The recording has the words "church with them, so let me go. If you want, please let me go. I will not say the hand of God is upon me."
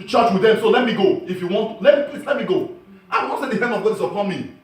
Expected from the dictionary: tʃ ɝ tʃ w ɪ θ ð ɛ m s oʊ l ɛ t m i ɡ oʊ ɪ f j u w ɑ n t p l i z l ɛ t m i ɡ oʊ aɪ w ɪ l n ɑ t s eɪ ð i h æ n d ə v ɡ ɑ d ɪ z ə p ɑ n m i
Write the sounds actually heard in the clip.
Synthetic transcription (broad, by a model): tʃ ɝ tʃ w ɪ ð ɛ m s oʊ l ɛ t m i ɡ oʊ ɪ f j u w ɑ n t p l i s l ɛ t m i ɡ oʊ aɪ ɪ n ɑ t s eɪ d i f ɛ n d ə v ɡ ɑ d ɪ s ə p ɑ n m i